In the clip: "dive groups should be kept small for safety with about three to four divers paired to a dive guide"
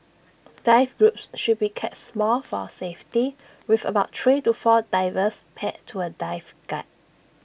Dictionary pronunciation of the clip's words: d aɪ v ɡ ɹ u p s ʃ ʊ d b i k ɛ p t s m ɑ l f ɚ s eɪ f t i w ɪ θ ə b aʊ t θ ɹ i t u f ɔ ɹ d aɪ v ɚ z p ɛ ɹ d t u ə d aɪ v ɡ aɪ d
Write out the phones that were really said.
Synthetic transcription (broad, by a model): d aɪ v ɡ ɹ u p s ʃ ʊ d b i k ɛ t s m ɑ l f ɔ s eɪ f t i w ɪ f ə b aʊ t t ɹ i t u f ɔ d aɪ v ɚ s p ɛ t t u ə d aɪ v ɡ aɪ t